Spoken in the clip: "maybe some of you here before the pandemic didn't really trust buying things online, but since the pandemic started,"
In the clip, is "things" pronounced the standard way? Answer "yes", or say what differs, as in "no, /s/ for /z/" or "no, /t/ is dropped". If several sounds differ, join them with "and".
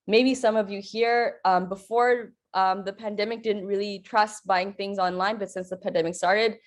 yes